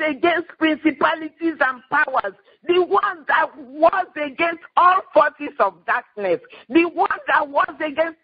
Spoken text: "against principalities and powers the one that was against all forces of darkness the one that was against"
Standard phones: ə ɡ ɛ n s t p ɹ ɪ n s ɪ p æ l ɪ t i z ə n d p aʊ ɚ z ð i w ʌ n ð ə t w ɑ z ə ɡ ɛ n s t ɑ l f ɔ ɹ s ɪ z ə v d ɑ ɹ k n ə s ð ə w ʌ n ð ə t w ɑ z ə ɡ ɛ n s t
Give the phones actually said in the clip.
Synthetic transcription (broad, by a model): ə ɡ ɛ n s t p ɹ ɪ n s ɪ p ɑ l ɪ t i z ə n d p aʊ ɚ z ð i w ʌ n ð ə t w ɑ z ə ɡ ɛ n s t ɑ l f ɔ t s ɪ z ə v d ɑ k n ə s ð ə w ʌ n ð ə t w ɑ z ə ɡ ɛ n s t